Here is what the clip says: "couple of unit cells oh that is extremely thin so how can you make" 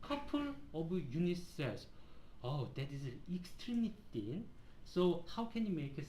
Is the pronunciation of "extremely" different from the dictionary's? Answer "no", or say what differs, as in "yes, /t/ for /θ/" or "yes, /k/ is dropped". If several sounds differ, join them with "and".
no